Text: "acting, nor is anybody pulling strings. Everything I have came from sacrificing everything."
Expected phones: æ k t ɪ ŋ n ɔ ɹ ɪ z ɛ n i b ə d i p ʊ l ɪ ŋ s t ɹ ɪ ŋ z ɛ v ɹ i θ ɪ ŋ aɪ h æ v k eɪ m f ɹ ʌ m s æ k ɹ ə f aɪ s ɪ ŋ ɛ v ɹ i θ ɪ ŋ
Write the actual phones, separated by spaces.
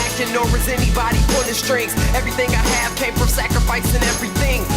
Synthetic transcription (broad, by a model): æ k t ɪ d n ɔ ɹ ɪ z ɛ n i b ə d i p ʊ n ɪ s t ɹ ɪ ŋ s ɛ v ɹ i θ ɪ ŋ aɪ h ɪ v k eɪ m f ɹ ʌ m s æ k ɹ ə f aɪ s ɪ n ɛ v ɹ i θ ɪ ŋ